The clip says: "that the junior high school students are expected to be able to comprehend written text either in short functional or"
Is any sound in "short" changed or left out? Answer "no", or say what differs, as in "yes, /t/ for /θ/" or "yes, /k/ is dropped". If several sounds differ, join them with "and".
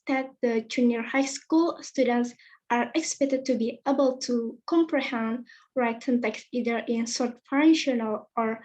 yes, /s/ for /ʃ/